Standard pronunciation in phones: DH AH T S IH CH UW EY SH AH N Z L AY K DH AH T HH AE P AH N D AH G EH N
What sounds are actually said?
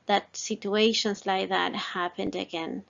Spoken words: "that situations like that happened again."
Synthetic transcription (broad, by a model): DH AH T S IH CH UW EY SH AH N Z L AY K DH AH T HH AE P AH N D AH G EH N